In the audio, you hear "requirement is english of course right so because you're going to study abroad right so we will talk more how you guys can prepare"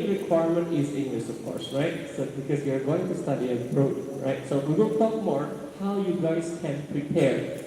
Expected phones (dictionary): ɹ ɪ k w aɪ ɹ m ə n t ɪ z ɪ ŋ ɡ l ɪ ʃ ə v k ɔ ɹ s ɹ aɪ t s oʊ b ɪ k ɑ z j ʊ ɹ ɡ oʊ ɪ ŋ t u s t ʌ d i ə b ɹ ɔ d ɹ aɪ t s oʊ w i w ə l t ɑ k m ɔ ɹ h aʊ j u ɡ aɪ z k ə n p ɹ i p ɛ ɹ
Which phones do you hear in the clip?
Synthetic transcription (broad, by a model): ɹ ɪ k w aɪ ɹ m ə n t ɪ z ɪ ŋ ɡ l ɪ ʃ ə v k ɔ ɹ s ɹ aɪ t s oʊ b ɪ k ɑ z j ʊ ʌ ɡ oʊ ɪ ŋ t u s t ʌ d i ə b ɹ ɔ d ɹ aɪ t s oʊ w i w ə n t ɑ k m ɔ ɹ h aʊ j u ɡ aɪ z k ə n p ɹ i p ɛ ɹ